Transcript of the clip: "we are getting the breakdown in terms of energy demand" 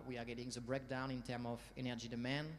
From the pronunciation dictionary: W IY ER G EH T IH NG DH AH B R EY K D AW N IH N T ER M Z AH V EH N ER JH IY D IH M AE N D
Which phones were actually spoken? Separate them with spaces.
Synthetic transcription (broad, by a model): W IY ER G EH T IH NG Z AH B R EY K D AW N IH N T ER M AH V EH N ER JH IY D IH M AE N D